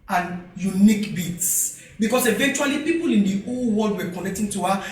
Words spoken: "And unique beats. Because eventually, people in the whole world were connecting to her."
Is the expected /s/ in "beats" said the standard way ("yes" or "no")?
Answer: yes